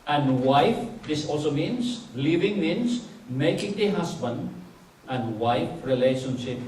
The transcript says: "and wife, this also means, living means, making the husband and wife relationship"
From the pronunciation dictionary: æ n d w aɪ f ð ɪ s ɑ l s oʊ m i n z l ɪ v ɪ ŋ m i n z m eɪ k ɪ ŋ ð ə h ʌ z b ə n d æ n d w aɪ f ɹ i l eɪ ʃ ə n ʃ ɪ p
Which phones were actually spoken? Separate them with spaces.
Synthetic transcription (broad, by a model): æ n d w aɪ f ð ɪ s ɑ l s oʊ m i n s l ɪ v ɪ ŋ m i n s m eɪ k ɪ ŋ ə h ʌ s b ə n d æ n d w aɪ f ɹ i l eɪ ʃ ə n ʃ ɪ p